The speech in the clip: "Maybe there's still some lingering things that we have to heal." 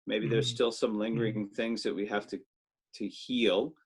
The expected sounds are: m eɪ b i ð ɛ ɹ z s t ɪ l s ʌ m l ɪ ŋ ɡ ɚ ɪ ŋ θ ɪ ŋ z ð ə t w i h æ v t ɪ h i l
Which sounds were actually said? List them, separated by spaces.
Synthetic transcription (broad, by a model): m eɪ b i ð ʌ ɹ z s t ɪ l s ʌ m l ɪ ŋ ɡ ɚ ɪ ŋ θ ɪ ŋ z ð ə t w i h æ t t ɪ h i l